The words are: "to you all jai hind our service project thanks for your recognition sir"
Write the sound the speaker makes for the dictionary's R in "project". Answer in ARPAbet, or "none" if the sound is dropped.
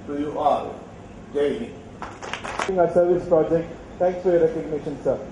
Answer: R